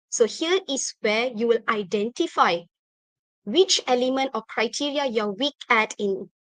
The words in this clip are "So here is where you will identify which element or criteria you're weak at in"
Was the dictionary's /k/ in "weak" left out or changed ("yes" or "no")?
no